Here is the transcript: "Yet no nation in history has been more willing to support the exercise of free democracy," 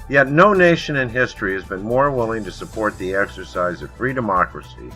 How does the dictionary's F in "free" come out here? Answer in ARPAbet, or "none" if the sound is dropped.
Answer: F